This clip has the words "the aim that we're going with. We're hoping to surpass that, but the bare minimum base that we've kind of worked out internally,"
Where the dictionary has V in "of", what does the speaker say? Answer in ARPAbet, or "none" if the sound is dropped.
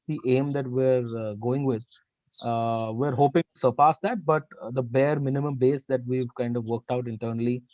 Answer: V